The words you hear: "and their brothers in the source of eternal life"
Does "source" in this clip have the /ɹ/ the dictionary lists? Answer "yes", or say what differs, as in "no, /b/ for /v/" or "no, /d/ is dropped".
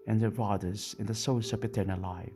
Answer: no, /l/ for /ɹ/